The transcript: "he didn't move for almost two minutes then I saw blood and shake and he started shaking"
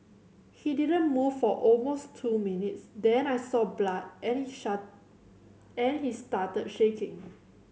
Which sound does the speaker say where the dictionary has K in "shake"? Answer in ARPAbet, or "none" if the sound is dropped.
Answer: none